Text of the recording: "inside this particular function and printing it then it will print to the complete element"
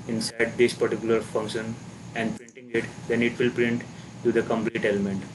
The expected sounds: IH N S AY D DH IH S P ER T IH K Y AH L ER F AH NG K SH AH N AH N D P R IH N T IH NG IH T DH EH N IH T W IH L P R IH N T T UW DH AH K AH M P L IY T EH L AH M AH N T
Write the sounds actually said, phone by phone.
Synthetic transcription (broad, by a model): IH N S AY D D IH S P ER T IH K Y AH L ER F AH NG K SH AH N AH N D P R IH N T IH NG IH T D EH N IH T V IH L P R IH N T T UW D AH K AH M P L IY T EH L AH M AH N T